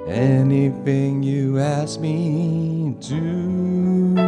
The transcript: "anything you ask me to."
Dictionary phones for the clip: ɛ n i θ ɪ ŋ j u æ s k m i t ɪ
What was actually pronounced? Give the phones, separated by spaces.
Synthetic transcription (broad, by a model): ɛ n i θ ɪ ŋ j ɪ æ s k m i t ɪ